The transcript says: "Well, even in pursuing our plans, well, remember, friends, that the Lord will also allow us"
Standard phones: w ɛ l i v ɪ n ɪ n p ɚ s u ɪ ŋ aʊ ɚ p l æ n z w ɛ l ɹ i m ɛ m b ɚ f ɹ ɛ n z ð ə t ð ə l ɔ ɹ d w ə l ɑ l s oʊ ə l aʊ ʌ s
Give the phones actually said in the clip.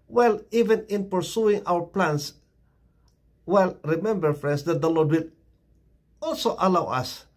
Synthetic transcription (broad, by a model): w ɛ l i v ɪ n ɪ n p ɚ s u ɪ ŋ aʊ ɚ p l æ n s w ɛ l ɹ i m ɛ m b ɚ f ɹ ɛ n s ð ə t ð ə l ɔ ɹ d w ə l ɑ l s oʊ ə l aʊ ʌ s